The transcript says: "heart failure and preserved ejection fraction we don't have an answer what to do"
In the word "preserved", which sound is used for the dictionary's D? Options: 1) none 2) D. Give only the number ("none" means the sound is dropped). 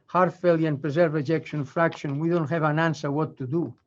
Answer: 1